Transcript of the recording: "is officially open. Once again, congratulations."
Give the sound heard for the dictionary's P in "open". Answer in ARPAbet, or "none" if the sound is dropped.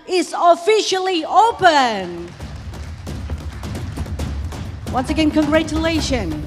P